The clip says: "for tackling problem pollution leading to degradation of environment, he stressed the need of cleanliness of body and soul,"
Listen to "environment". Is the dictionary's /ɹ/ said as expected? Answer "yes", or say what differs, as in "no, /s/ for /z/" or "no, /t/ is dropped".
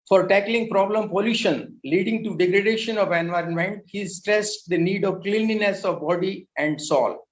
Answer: yes